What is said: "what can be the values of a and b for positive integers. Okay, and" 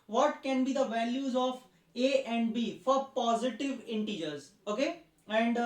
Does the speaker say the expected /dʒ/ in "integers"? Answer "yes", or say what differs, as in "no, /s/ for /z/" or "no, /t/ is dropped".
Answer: yes